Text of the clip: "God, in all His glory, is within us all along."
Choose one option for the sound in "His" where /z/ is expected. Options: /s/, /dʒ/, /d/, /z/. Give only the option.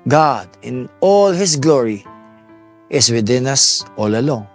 /s/